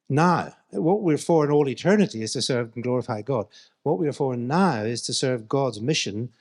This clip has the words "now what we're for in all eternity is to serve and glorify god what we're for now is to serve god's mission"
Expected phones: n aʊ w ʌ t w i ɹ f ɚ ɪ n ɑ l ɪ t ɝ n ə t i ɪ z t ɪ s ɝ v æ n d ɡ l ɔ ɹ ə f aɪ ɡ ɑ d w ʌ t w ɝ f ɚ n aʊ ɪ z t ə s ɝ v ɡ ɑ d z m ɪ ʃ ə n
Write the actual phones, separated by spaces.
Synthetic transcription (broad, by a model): n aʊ w ʌ t w i ɹ f ɚ ɪ n ɑ l ɪ t ɝ n ə t i ɪ z t ɪ s ɝ v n ɡ l ɔ ɹ ə f aɪ ɡ ɑ d w ʌ t w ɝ f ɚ n aʊ ɪ z t ə s ɝ v ɡ ɑ d z m ɪ ʃ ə n